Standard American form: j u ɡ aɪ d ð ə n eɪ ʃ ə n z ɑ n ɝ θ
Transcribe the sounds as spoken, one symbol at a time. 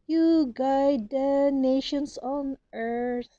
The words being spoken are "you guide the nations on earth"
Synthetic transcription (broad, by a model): j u ɡ aɪ d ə n eɪ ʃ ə n s ɑ n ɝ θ